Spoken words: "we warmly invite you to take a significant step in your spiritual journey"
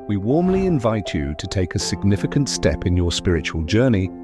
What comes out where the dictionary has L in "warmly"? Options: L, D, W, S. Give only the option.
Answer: L